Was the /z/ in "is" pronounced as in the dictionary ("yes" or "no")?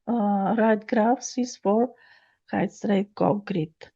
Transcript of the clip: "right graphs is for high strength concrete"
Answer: no